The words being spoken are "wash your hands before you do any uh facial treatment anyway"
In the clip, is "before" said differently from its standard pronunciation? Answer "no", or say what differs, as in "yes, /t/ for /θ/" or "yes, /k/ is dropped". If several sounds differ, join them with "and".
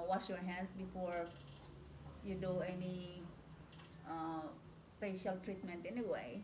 no